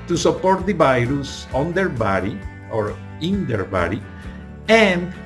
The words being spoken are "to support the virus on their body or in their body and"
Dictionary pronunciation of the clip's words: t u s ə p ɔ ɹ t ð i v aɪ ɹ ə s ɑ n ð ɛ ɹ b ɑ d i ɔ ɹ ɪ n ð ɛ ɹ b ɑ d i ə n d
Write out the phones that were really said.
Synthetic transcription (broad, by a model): t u s ə p ɔ ɹ t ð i v aɪ ɹ ə s ɑ n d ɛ ɹ b ɑ d i ɔ ɹ ɪ n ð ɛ ɹ b ɑ d i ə n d